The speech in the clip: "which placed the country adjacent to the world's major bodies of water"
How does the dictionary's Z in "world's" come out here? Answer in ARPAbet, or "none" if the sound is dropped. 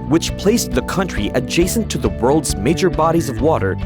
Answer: Z